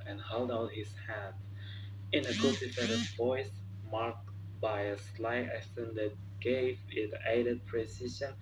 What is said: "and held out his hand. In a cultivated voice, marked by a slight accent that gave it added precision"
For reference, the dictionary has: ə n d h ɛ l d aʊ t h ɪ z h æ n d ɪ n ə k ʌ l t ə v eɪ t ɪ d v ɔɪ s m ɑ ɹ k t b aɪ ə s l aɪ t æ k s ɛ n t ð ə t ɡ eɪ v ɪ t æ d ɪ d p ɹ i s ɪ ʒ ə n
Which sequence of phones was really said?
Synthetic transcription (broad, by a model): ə n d h ɛ l d aʊ t h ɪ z h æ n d ɪ n ə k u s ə f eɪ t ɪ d v ɔɪ s m ɑ ɹ k t b aɪ ə s l aɪ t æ s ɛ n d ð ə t ɡ eɪ v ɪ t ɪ d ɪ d p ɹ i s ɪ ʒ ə n